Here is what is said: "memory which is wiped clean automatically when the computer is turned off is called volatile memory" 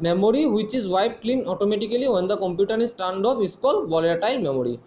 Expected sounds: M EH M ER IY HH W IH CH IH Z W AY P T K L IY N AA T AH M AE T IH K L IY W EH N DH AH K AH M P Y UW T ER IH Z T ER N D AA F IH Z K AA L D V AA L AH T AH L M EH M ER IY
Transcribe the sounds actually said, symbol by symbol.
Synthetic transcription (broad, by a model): M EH M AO IY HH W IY CH IH Z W AY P K L IY N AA T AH M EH T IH K L IY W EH N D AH K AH M P Y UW T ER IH S T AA N D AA P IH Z K AA L D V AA L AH T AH L M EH M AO IY